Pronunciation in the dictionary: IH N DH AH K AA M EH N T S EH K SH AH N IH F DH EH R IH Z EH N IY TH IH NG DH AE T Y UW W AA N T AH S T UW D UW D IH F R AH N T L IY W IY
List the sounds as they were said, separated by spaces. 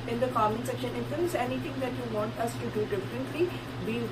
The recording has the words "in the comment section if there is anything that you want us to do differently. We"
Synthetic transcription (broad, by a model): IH N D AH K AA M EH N S EH K SH AH N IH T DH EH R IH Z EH N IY T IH NG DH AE T Y UW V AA N T AH S T UW D UW D IH F R AH N T L IY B IY